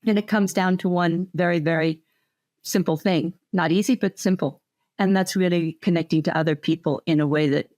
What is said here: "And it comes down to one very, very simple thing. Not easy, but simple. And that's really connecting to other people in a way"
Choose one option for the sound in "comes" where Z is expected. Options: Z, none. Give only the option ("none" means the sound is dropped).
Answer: Z